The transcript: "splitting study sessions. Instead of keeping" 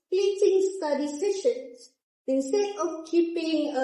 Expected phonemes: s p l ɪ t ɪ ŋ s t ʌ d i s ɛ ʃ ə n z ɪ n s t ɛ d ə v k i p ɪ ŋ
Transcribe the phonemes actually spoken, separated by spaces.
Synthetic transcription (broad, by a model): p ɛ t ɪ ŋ s t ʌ d i s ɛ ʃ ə n s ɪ n s t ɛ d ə f k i p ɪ ŋ